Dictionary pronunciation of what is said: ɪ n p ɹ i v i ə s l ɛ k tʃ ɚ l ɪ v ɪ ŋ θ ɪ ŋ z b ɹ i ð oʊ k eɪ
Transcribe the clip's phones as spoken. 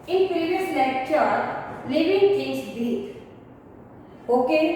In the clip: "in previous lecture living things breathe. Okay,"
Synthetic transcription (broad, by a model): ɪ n p ɹ i v i ə s l ɛ k tʃ ɚ l ɪ v ɪ ŋ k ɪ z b i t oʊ k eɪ